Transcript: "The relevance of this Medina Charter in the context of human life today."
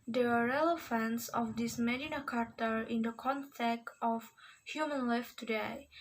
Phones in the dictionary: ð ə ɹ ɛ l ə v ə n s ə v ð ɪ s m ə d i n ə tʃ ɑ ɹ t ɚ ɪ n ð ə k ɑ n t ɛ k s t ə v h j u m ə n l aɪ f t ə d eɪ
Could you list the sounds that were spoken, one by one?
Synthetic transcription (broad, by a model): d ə ɹ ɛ l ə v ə n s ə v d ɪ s m ə d i n ə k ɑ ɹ t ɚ ɪ n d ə k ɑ n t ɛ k t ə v h j u m ə n l aɪ f t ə d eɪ